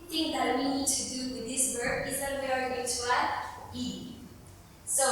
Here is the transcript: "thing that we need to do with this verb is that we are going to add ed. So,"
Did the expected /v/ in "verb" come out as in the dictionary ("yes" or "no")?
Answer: no